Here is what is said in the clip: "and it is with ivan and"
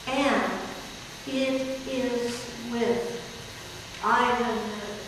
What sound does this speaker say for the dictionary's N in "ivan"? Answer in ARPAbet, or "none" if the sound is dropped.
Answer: none